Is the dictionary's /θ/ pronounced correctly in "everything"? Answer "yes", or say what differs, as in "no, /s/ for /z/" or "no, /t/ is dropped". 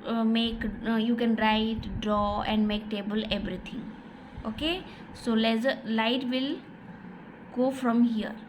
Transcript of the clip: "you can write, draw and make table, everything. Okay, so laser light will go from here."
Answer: no, /t/ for /θ/